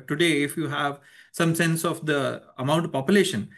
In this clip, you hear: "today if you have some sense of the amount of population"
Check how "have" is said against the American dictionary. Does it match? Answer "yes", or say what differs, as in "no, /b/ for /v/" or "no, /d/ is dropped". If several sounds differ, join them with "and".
yes